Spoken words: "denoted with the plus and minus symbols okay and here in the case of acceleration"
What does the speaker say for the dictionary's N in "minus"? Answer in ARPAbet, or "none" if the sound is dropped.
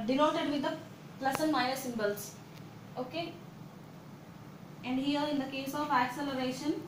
none